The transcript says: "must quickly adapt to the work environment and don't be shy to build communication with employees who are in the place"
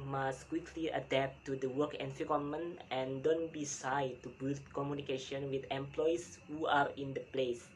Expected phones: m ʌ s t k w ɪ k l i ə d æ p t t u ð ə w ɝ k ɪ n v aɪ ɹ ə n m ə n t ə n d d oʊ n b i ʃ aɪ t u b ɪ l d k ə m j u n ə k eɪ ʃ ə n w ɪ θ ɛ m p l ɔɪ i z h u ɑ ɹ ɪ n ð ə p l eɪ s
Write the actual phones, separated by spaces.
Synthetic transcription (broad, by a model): m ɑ s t k w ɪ k l i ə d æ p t t u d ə w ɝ k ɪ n f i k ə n m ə n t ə n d d oʊ n b i s aɪ t u b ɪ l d k ə m j u n ə k eɪ ʃ ə n w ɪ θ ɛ m p l ɔɪ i s h u ɑ ɹ ɪ n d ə p l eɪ s